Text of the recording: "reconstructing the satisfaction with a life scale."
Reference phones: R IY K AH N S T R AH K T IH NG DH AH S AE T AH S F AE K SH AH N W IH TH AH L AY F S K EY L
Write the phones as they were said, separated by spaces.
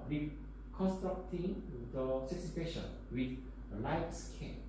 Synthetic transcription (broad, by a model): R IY K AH N S T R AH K T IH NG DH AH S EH S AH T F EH SH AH N W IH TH AH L AY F S K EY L